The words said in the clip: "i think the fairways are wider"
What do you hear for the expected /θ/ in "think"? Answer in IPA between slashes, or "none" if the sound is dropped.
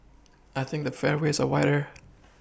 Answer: /θ/